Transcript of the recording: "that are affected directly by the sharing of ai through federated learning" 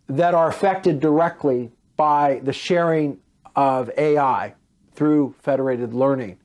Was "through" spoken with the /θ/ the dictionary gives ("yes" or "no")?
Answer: yes